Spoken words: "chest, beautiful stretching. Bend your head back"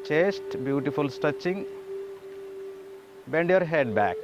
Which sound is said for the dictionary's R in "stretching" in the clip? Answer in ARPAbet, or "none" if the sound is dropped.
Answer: none